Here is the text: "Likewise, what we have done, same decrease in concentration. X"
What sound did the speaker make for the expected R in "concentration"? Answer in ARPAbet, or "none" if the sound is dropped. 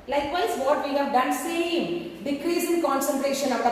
R